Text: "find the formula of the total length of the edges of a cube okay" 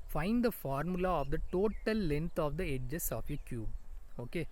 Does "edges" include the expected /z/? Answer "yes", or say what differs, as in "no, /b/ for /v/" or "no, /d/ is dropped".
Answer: no, /s/ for /z/